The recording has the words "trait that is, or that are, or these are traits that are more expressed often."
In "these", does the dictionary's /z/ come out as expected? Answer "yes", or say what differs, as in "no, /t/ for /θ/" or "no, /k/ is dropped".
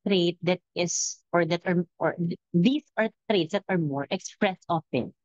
no, /s/ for /z/